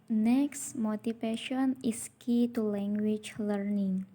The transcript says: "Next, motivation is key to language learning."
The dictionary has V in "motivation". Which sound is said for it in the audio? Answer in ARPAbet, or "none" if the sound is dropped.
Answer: F